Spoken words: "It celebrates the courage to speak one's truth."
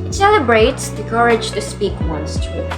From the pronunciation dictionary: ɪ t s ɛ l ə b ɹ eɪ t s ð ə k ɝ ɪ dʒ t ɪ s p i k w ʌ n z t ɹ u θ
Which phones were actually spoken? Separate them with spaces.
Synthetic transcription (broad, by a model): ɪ t s ɛ l ə b ɹ eɪ t s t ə k ɝ ɪ dʒ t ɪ s p i k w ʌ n s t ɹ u